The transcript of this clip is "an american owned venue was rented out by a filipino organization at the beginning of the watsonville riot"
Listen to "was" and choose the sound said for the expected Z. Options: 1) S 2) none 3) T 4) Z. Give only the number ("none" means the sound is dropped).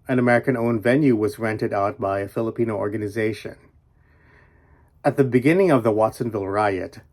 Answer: 4